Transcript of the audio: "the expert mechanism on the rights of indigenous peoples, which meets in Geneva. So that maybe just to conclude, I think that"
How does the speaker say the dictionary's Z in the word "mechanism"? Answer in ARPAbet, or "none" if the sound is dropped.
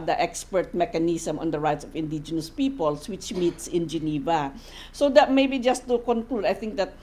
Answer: S